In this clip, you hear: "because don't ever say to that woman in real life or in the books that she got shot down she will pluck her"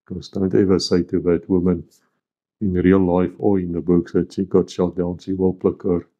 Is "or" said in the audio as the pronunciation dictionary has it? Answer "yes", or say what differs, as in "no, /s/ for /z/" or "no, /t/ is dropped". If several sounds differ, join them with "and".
no, /l/ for /ɹ/